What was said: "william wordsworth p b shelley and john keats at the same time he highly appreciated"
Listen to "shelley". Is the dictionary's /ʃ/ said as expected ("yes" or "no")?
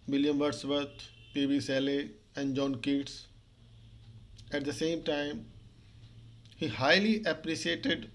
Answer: no